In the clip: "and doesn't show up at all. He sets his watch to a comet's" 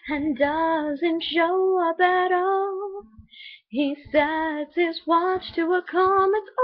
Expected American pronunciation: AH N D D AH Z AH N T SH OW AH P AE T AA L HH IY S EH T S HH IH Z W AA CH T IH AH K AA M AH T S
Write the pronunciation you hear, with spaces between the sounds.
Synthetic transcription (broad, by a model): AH N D D AH Z AH N T SH OW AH B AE T AA L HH IY S EH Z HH IH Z W AA CH T IH AH K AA M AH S